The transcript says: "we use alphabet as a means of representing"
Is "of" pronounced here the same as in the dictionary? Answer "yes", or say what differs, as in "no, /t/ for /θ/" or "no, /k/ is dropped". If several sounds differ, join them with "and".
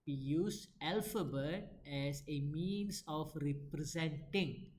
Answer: no, /f/ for /v/